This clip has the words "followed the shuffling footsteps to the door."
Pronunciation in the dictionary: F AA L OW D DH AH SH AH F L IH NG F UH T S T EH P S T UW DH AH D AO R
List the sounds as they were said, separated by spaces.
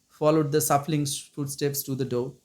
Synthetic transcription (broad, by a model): F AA L OW D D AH S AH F L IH NG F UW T S T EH P S T UW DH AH D AO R